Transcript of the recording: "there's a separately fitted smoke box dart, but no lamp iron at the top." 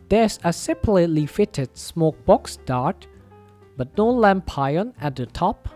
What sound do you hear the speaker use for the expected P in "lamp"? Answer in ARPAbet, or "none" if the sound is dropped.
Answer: P